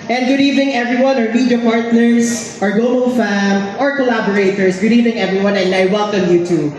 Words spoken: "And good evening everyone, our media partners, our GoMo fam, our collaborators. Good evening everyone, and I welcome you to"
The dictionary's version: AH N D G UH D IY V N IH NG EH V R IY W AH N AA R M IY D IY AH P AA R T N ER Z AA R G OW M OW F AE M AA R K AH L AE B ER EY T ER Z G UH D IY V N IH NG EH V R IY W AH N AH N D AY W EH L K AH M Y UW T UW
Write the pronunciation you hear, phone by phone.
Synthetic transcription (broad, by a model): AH N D G UH D IY V N IH NG EH V R IY W AH N AA R M IY D IY AH P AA R T N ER S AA R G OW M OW F AE M AA R K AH L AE B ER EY T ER S G UH D IY V N IH NG EH V R IY W AH N AH N D AY W EH L K AH M Y UW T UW